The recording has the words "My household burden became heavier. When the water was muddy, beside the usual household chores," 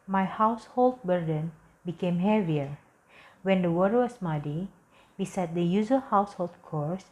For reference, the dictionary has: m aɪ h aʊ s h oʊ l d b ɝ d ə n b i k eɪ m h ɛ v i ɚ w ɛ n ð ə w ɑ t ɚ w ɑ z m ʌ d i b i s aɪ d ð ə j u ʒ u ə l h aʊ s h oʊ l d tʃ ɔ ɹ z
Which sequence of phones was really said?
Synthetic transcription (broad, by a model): m aɪ h aʊ s h oʊ l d b ɝ d ə n b i k eɪ m h ɛ v i ɚ w ɛ n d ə w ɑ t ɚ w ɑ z m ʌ d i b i s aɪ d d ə j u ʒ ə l h aʊ s h oʊ l d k ɔ ɹ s